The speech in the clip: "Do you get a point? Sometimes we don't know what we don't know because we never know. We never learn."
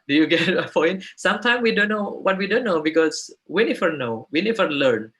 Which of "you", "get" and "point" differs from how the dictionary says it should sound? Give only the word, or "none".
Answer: point